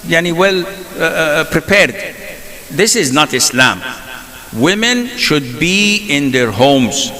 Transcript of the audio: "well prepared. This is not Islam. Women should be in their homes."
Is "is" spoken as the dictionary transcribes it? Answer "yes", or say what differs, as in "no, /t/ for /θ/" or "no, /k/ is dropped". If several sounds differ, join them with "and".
yes